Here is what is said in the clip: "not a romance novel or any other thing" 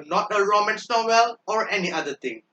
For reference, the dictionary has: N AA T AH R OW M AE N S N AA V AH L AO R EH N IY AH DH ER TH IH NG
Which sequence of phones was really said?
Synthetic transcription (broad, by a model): N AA T AH R OW M AE N S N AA W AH L AO R EH N IY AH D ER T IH NG